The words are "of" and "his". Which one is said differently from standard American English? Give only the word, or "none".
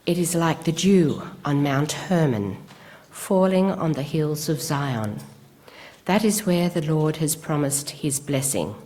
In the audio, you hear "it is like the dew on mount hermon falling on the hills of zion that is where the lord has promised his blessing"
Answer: none